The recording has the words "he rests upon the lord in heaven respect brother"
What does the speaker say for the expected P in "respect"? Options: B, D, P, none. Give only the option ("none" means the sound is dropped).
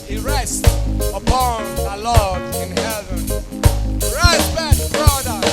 B